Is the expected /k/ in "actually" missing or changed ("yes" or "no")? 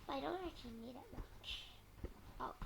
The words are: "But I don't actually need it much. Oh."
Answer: yes